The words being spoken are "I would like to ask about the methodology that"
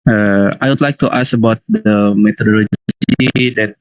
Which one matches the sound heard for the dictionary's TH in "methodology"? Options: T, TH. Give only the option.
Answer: T